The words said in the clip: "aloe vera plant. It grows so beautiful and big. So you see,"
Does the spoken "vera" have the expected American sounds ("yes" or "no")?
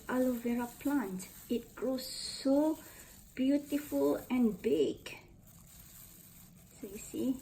yes